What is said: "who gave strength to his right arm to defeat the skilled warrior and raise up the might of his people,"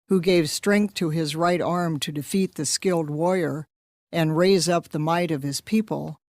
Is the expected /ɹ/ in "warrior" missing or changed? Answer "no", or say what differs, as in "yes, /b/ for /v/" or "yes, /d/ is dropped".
yes, /ɹ/ is dropped